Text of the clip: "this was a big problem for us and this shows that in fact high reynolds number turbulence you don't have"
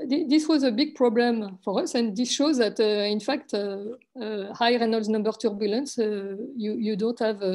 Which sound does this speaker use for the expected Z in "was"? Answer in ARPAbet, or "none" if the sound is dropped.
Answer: Z